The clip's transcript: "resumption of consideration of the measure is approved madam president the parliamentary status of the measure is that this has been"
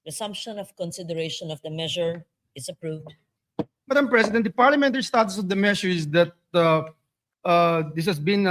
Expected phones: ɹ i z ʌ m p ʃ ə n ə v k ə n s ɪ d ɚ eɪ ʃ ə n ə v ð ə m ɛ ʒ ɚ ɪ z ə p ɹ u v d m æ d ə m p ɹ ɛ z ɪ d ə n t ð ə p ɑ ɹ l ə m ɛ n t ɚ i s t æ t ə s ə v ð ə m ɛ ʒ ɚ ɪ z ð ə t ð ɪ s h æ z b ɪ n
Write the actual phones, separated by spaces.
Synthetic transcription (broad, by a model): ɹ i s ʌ m p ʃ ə n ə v k ə n s ɪ d ɚ eɪ ʃ ə n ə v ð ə m ɛ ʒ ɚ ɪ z ə p ɹ u v d m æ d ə m p ɹ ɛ s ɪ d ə n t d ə p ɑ ɹ l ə m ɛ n t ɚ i s t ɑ t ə s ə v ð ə m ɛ ʃ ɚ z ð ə t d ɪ s h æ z b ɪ n